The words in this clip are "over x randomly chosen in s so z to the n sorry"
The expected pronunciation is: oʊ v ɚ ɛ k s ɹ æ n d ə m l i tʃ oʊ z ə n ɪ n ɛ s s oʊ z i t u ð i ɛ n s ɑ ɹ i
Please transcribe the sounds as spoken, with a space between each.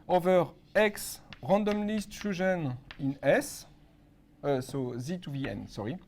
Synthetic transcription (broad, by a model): oʊ v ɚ ɛ k s ɹ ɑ n d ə m l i s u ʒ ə n ɪ n ɛ s s oʊ z i t u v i ɛ n s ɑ ɹ i